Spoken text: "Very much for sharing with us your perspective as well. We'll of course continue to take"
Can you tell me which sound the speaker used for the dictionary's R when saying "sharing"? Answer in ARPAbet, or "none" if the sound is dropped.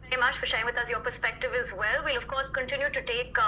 none